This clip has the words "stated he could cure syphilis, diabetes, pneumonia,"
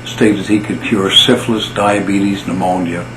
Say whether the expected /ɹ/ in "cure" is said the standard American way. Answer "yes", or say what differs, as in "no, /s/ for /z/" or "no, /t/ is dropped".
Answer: yes